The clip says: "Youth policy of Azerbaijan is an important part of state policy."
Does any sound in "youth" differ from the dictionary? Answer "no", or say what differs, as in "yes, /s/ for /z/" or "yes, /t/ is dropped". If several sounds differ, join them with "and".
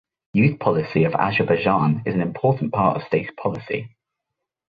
no